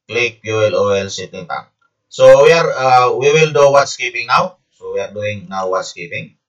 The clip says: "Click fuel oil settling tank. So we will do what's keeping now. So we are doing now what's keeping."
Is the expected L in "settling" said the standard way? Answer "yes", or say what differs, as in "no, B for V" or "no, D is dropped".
no, L is dropped